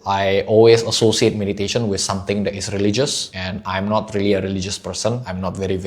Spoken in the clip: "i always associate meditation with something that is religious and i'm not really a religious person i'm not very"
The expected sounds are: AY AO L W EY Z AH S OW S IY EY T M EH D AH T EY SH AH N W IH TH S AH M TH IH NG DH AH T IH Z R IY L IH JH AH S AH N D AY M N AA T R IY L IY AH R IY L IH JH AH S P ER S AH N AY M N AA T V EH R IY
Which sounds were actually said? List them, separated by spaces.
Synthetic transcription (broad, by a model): AY AO L W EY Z AH S OW S IY EY T M EH D AH T EY SH AH N W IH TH S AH M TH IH NG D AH T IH S R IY L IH JH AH S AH N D AY M N AA T R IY L IY AH R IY L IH JH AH S P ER S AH N AY M N AA T V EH R IY